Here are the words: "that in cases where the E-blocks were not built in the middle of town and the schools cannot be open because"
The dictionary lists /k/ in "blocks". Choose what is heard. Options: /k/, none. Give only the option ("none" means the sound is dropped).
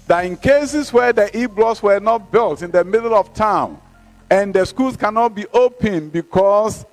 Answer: none